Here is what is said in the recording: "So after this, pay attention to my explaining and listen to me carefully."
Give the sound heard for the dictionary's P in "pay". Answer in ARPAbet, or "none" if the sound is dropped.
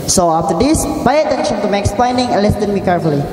B